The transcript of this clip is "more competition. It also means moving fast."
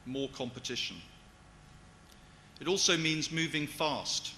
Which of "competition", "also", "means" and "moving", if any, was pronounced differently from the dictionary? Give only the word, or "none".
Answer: none